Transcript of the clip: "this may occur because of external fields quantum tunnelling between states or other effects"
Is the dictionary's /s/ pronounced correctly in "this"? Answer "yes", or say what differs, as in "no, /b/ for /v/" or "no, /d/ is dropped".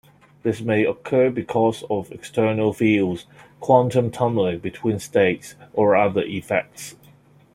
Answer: yes